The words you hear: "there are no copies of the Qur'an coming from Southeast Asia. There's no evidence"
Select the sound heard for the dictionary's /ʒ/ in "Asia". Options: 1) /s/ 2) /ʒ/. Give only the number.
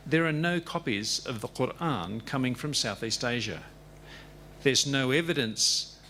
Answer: 2